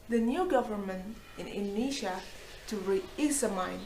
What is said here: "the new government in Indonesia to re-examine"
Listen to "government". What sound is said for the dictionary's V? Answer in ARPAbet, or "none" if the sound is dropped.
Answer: V